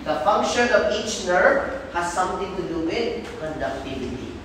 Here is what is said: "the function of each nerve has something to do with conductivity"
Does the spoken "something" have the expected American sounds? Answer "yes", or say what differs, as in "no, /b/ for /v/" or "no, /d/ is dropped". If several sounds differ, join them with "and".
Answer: no, /t/ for /θ/